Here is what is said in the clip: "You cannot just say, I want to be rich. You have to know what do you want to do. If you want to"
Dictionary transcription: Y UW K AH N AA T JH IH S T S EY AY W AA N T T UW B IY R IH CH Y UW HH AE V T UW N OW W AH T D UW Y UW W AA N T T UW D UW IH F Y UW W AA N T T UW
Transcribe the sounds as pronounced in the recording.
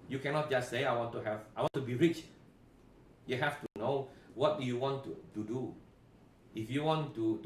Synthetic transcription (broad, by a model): Y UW K AH N AA T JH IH S T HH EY AY W AA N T T UW B IY R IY CH Y UW HH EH F T UW N OW W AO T D UW Y UW W AA N T T UW D UW IH F Y UW W AA N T T UW